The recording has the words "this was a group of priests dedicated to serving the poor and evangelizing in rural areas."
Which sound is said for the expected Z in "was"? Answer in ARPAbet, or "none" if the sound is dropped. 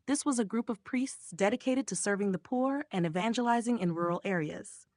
Z